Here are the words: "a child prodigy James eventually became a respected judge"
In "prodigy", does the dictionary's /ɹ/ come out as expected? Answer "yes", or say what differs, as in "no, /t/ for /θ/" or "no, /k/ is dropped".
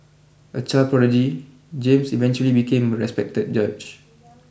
no, /ɹ/ is dropped